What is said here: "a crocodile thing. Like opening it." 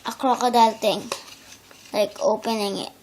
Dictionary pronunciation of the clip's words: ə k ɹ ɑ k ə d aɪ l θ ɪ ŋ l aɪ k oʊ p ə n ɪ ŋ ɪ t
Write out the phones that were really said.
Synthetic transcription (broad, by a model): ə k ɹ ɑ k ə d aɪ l t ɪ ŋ l aɪ k oʊ p ə n ɪ ŋ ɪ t